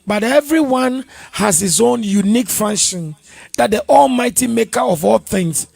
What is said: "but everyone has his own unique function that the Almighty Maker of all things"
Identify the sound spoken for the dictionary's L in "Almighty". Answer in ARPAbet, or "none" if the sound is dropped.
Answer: L